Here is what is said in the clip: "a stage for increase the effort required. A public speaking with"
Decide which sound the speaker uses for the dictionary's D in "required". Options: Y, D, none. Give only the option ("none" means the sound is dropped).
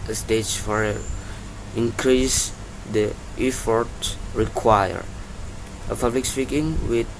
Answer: none